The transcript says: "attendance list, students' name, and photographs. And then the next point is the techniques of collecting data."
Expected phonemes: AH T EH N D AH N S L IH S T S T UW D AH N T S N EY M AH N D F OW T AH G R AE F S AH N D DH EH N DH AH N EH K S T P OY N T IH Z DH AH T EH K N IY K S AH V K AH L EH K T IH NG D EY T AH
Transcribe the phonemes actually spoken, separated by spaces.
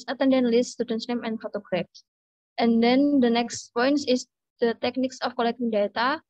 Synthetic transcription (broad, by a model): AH T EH N D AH N L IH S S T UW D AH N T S N EY M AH N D F OW T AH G R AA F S AH N D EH N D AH N EH K S T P OY N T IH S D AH T EH K N IY K S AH F K AH L EH K T IH NG D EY T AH